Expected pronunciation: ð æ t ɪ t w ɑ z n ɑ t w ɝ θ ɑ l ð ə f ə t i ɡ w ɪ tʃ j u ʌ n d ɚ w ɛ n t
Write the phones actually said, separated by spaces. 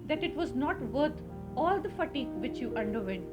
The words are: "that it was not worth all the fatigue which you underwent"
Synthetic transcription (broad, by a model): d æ t ɪ t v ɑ z n ɑ t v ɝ t ɑ l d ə f ə t i ɡ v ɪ tʃ j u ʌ n d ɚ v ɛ n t